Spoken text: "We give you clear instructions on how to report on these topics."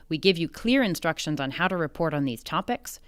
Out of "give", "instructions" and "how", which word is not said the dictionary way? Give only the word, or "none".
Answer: none